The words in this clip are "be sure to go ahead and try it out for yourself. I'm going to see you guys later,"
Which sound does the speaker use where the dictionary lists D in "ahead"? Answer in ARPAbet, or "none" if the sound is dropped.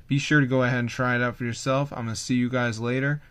D